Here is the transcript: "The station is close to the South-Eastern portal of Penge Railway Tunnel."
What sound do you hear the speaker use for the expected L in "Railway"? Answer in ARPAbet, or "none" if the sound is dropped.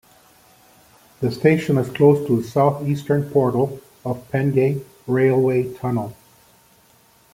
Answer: L